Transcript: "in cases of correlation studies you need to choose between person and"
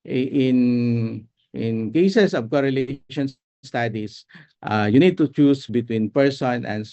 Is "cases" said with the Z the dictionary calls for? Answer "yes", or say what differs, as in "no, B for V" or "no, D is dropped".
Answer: no, S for Z